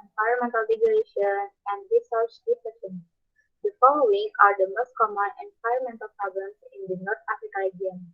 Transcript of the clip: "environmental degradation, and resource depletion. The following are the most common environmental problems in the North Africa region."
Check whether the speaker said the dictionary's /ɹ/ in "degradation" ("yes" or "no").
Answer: no